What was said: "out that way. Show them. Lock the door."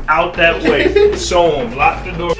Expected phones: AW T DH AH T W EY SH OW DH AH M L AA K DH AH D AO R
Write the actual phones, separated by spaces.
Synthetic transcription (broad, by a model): AW T DH AH T W EY S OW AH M L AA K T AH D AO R